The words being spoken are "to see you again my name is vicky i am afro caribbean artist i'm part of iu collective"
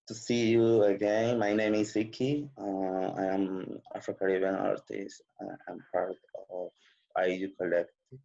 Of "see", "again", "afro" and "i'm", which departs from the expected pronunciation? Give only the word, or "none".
afro